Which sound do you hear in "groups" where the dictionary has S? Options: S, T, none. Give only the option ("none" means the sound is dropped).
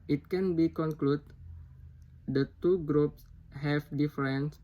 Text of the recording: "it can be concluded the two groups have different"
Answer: S